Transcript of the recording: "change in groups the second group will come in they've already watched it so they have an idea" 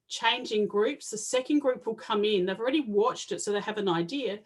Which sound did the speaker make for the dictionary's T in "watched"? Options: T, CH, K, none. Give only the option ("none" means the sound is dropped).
T